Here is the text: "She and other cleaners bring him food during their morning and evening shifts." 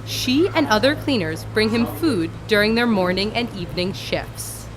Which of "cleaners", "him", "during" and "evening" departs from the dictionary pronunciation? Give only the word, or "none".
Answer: none